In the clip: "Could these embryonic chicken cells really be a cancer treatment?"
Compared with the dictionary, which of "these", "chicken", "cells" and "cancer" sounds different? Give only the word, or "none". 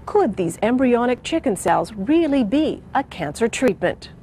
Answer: none